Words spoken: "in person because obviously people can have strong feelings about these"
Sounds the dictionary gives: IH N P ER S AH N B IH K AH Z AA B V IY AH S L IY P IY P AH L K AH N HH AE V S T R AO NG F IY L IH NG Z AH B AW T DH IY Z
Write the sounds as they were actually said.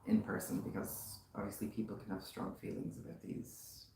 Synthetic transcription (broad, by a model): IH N P ER S AH N B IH K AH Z AA B V IY AH S L IY P IY P L K AH N HH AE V S T R AO NG F IY L IH NG Z AH B AW T DH IY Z